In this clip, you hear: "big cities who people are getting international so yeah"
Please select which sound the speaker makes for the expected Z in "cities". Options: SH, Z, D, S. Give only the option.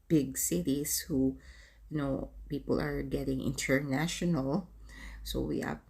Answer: S